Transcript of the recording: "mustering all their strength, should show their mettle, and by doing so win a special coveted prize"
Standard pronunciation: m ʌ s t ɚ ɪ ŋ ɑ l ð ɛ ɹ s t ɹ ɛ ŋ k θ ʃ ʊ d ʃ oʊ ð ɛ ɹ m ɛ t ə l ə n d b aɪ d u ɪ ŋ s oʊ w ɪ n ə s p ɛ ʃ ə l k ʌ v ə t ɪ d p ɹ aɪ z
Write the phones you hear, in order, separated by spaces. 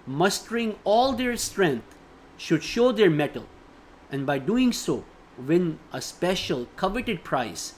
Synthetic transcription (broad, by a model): m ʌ s t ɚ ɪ ŋ ɑ l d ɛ ɹ s t ɹ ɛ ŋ k t ʃ ʊ d ʃ oʊ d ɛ ɹ m ɛ t ə l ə n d b aɪ d u ɪ ŋ s oʊ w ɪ n ə s p ɛ ʃ ə l k ʌ v ə t ɪ d p ɹ aɪ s